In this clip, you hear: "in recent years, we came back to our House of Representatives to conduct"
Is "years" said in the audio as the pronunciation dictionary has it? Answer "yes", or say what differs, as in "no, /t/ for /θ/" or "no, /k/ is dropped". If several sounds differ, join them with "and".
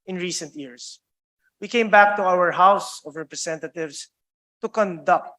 no, /s/ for /z/